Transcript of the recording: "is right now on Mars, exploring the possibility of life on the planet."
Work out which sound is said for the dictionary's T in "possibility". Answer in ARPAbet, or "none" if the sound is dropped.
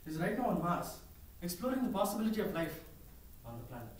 T